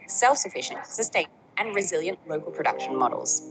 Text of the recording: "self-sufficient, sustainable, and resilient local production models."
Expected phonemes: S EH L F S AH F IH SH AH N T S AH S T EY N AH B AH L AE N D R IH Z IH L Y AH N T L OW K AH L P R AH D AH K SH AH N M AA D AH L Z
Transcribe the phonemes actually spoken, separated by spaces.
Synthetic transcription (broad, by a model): S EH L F S AH F IH SH AH N T S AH S T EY AH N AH N R IH Z IH L Y AH N T L OW K AH L P R AH D AH K SH AH N M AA D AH L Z